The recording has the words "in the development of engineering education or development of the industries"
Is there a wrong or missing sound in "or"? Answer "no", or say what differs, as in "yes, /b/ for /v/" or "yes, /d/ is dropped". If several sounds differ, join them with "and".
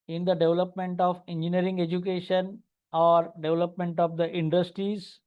no